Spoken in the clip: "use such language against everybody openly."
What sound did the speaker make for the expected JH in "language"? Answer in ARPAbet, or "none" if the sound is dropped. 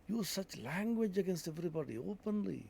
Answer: JH